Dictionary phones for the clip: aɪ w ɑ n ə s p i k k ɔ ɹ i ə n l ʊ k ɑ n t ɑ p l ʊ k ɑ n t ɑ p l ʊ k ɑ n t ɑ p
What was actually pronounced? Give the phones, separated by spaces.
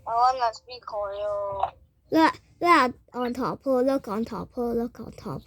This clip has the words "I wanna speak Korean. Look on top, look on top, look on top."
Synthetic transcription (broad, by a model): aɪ w ɑ n ə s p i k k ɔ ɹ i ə l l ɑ ɑ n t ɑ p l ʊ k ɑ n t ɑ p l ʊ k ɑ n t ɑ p